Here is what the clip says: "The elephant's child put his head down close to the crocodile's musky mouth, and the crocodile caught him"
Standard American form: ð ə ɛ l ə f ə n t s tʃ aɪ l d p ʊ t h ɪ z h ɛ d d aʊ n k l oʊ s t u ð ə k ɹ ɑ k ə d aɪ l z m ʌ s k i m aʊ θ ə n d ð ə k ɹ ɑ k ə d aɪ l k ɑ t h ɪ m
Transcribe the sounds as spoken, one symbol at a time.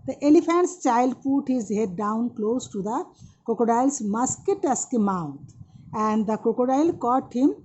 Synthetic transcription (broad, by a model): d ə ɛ l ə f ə n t s tʃ aɪ l d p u t h ɪ z h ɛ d d aʊ n k l oʊ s t u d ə k ɔ k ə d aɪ l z m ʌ s k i m aʊ t ə n d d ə k ɔ k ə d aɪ l k ɑ t h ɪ m